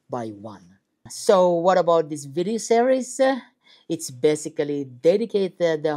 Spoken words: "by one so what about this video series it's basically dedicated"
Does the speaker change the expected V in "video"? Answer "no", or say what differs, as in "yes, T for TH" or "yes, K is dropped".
no